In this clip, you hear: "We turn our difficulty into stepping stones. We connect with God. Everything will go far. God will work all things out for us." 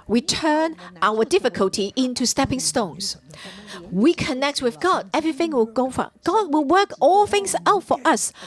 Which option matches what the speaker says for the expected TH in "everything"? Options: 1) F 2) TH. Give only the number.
2